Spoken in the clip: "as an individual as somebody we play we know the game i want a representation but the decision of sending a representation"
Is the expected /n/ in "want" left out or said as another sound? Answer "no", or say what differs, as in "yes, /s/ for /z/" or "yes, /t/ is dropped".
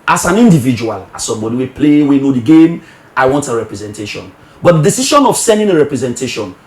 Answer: no